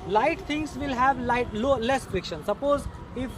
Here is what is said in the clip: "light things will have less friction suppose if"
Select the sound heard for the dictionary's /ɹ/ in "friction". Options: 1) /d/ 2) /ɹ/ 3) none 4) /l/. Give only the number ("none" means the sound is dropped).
2